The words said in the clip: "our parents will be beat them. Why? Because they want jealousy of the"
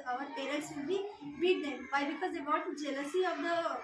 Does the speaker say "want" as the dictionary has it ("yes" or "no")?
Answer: no